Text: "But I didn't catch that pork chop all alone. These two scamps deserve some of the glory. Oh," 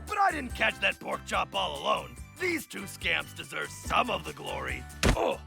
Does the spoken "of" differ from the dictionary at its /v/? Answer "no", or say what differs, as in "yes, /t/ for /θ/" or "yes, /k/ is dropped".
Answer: no